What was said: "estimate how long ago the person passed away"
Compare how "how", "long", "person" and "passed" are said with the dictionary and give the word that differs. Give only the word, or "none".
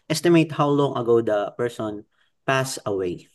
passed